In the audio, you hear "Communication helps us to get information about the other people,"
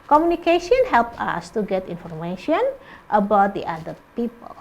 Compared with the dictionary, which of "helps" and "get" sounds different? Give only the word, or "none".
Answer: helps